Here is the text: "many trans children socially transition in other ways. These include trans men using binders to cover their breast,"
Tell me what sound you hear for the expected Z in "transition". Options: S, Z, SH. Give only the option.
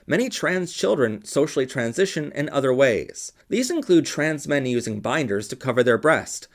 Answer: Z